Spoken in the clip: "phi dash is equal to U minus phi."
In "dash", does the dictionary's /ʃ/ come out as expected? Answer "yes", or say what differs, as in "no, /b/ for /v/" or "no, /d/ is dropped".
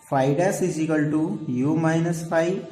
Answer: no, /s/ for /ʃ/